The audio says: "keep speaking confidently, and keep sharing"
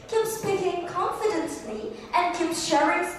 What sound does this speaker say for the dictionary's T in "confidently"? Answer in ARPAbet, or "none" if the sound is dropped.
S